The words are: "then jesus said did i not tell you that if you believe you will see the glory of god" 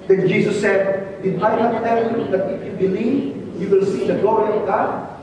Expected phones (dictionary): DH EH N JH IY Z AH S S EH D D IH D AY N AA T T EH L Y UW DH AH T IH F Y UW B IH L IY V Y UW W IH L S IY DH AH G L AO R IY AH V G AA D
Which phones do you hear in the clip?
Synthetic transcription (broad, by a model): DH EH N JH IY S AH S S EH D D IH D AY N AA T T EH L Y UW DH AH T IH F Y UW B IH L IY V Y UW W IH L S IY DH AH G L AO R IY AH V G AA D